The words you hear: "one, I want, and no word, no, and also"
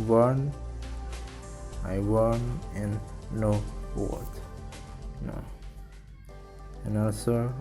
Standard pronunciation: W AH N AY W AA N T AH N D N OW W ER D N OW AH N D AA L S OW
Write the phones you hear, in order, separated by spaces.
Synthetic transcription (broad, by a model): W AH N AY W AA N AH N N OW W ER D N OW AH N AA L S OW